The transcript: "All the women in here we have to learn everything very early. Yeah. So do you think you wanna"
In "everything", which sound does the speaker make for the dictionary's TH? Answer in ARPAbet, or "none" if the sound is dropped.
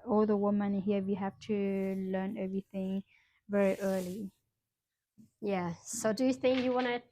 TH